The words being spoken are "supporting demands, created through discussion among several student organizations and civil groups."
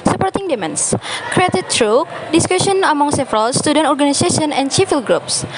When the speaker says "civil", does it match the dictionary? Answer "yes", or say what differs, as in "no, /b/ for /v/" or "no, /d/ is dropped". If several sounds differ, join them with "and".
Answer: no, /f/ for /v/